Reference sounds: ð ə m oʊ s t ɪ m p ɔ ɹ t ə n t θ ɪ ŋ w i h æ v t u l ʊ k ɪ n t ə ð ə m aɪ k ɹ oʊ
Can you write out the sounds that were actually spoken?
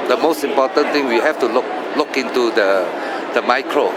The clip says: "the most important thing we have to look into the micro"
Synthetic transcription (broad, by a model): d ə m oʊ s t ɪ m p ɔ t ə n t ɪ ŋ w i h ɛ f t u l ʊ k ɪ n t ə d ə m aɪ k ɹ oʊ